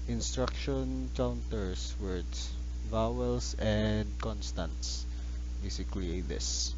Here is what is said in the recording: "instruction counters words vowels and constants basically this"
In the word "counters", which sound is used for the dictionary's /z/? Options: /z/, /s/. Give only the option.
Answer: /s/